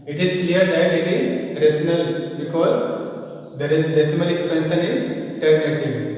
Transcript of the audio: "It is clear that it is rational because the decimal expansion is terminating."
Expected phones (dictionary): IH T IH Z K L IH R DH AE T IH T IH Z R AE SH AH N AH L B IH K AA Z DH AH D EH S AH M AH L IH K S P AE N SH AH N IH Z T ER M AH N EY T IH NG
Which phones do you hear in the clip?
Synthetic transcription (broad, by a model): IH T IH Z K L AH R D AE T IH T IH Z R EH S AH N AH L B IH K AA Z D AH D EH S AH M AH L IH K S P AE N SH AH N IH Z T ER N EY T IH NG